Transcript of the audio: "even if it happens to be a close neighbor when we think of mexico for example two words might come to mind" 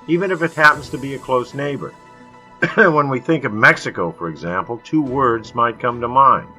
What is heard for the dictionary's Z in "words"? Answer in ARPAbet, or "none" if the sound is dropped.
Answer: Z